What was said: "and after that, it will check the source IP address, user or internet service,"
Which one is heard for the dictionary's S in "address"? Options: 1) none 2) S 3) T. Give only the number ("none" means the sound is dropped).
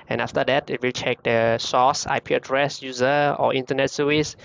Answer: 2